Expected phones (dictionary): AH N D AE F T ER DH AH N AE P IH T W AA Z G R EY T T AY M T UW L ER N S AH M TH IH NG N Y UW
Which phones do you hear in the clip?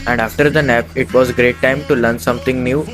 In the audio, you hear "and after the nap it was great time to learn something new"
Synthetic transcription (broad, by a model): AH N D AE F T ER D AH N AE P IH T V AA Z G R EY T T AY M T UW L ER N S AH M T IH NG N Y UW